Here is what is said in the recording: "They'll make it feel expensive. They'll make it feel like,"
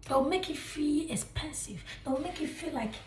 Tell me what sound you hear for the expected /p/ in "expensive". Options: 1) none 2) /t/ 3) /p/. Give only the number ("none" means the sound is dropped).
3